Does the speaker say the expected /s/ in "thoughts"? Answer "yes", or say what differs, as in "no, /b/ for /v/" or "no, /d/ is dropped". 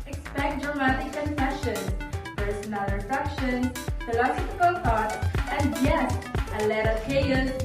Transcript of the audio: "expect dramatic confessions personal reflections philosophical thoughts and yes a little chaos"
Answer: no, /s/ is dropped